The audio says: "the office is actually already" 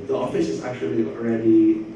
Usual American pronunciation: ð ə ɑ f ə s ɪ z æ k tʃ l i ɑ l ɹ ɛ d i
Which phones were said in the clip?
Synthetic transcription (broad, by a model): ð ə ɑ f ə s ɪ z æ k tʃ l i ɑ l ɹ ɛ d i